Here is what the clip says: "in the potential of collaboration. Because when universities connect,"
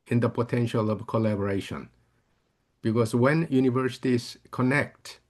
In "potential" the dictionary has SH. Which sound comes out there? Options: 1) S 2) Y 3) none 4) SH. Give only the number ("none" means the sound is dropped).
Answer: 4